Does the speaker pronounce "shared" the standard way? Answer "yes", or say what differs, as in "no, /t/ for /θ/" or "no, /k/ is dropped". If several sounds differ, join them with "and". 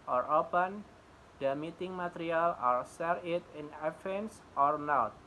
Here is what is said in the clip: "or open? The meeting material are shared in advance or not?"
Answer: no, /s/ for /ʃ/